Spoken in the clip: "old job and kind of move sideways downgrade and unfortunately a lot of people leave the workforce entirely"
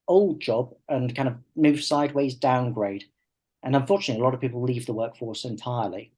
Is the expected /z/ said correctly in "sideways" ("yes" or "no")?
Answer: yes